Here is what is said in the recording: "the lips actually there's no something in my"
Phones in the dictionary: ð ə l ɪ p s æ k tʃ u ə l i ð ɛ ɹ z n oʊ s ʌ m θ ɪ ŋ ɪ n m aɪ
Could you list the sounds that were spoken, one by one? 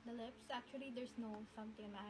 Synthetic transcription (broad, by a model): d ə l ɪ p s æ k tʃ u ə l i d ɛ ɹ s n oʊ s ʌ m t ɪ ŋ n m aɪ